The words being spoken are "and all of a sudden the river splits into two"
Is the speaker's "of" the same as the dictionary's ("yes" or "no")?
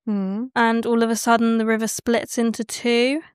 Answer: yes